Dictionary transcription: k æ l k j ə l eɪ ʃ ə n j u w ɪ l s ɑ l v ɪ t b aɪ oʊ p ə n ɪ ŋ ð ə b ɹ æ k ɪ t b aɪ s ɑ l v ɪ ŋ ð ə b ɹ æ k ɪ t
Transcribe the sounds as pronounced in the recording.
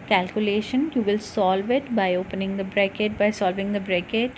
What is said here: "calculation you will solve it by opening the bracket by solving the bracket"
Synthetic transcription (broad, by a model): k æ l k j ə l eɪ ʃ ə n j u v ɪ l s ɑ l v ɪ t b aɪ oʊ p ə n ɪ ŋ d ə b ɹ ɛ k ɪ t b aɪ s ɑ l v ɪ ŋ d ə b ɹ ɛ k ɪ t